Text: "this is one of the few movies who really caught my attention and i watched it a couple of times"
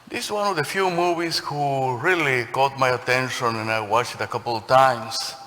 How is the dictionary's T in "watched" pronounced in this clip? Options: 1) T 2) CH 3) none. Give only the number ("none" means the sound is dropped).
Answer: 3